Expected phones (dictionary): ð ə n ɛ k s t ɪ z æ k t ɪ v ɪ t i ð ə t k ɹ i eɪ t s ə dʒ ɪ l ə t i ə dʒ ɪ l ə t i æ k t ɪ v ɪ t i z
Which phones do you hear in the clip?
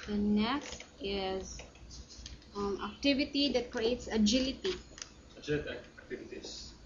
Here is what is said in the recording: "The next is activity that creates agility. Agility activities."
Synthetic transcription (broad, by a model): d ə n ɛ k s t ɪ z æ k t ɪ v ɪ t i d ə t k ɹ i eɪ t s ə dʒ ɪ l ə t i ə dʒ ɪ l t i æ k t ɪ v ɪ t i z